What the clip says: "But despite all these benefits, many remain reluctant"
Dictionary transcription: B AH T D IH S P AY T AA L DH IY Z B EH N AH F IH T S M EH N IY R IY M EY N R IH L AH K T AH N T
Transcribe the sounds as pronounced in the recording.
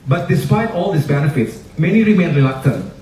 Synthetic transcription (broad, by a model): B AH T D IH S P AY T AA L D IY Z B EH N AH F IH T S M EH N IY R IY M EY N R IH L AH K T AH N